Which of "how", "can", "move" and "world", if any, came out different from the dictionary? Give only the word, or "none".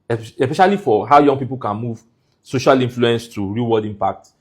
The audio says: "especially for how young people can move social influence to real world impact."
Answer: world